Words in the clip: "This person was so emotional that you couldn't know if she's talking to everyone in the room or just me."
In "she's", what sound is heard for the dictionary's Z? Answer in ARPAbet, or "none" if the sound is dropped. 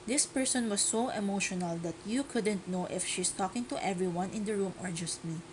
S